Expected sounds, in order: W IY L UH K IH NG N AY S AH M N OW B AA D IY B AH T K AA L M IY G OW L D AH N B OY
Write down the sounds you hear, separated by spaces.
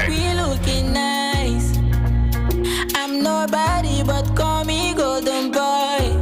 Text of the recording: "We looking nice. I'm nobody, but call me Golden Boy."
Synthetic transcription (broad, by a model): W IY L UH K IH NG N AY S AH M N OW B AA D IY B AH T K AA M IY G OW D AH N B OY